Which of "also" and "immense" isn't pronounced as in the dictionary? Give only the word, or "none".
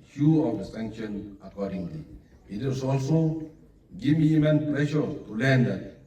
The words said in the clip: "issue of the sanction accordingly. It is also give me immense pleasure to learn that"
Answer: immense